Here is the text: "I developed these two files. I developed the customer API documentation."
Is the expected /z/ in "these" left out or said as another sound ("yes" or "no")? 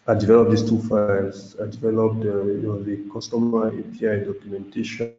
yes